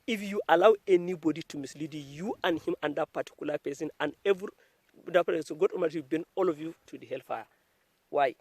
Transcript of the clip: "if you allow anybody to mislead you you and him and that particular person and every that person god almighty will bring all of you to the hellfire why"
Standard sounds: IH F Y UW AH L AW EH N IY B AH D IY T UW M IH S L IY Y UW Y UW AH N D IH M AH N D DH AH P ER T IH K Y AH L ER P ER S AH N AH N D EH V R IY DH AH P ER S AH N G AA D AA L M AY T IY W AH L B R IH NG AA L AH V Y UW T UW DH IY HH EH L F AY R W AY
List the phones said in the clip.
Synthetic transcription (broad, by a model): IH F Y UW AH L AW EH N IY B AH D IY T UW M IH S L IY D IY Y UW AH N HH IH M AH N D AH P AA T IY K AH L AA P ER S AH N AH N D EH V R IY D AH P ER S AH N G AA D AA M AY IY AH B EH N AA L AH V Y UW T UW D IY HH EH L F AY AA W AY